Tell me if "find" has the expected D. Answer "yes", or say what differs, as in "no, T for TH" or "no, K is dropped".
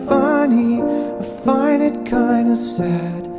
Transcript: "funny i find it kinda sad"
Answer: no, D is dropped